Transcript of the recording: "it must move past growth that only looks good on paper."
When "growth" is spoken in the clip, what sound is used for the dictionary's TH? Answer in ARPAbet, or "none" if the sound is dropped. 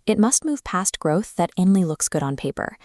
TH